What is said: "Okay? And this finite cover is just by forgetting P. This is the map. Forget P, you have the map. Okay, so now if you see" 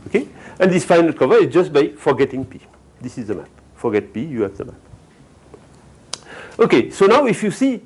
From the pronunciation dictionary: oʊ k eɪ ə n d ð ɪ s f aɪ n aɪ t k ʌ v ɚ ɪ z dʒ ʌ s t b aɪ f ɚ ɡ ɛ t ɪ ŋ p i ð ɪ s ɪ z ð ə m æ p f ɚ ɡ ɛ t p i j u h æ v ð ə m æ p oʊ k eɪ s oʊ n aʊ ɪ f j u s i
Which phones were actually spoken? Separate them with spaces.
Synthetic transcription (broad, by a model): oʊ k eɪ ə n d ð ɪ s f aɪ n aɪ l k ʌ v ɚ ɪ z dʒ ʌ s t b aɪ f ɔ ɡ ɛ t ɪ ŋ p i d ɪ s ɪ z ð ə m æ p f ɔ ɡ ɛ t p i j u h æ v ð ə m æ p oʊ k eɪ s oʊ n aʊ ɪ f j u s i